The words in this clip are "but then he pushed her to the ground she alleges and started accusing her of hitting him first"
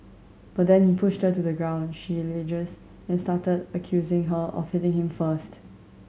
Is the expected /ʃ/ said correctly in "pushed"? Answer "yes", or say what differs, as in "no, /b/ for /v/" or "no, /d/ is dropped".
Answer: yes